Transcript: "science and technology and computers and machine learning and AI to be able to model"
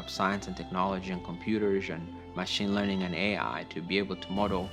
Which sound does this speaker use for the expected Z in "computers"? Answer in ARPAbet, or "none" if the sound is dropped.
Z